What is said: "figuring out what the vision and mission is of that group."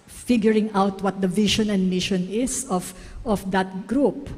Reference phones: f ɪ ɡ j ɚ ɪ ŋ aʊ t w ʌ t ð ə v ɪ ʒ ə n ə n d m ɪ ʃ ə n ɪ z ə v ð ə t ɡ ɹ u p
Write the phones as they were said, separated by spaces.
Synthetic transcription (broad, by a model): f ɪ ɡ j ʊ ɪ ŋ aʊ t w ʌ t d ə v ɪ ʃ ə n ə n d m ɪ ʃ ə n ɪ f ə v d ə t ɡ ɹ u p